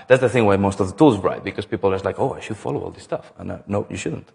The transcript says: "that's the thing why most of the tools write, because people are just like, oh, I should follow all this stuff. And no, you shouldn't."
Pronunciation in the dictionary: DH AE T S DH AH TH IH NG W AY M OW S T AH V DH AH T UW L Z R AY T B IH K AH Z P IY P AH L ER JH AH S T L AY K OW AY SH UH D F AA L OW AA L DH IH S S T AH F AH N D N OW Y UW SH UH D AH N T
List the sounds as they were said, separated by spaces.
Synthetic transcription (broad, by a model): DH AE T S DH AH TH IH NG W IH M OW S T AH V DH AH T UW L Z R AY T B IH K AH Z P IY P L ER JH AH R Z L AY K OW AY SH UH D F AA L OW AA L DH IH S S T AH F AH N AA N OW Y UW SH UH D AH N T